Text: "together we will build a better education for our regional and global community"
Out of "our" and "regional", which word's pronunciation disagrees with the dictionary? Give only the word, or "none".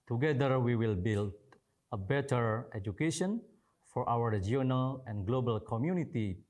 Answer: regional